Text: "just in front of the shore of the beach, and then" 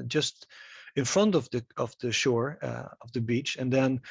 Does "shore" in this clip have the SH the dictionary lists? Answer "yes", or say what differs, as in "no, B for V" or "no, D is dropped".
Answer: yes